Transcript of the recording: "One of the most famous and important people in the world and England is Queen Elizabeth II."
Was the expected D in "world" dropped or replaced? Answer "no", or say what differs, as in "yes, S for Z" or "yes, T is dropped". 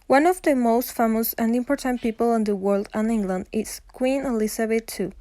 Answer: no